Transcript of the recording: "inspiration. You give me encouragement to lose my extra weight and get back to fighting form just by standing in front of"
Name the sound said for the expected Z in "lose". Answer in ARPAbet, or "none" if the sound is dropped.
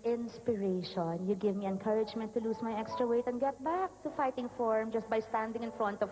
S